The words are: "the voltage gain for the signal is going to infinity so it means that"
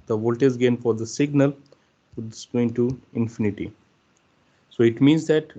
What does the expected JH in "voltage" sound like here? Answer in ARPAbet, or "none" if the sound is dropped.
Z